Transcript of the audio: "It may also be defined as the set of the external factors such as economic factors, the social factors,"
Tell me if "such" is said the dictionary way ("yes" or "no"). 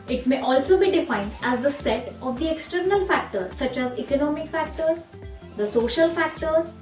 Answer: yes